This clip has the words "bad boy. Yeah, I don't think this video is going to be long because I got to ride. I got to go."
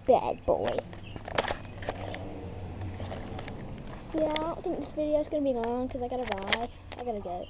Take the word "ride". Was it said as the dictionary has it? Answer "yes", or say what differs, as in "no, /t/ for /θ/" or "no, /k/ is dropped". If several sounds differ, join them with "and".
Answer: no, /d/ is dropped